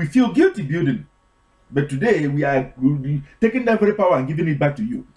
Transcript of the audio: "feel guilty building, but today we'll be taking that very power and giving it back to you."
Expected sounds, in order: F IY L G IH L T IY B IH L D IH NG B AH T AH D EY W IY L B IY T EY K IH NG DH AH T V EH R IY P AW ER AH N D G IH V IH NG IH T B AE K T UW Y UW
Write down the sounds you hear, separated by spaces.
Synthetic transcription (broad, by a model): F IY L G IH L T IY B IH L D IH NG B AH T AH D EY W IY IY T EY K IH NG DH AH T V EH R IY P AW ER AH N G IH V IH NG IH T B AE K T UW Y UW